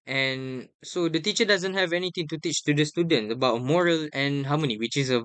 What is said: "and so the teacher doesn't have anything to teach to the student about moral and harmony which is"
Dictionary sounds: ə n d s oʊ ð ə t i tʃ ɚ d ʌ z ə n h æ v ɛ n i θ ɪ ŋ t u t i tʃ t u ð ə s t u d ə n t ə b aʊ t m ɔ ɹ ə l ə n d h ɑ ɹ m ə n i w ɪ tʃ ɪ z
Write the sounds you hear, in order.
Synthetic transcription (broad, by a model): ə n s oʊ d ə t i tʃ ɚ d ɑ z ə n h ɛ v ɛ n i t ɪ ŋ t u t i tʃ t u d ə s t u d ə n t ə b aʊ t m ɔ ɹ ə l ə n h ɑ w m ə n i w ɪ tʃ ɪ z